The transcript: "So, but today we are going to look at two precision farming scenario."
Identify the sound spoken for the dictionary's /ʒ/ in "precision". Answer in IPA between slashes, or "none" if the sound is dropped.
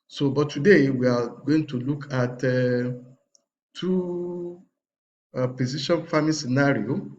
/ʃ/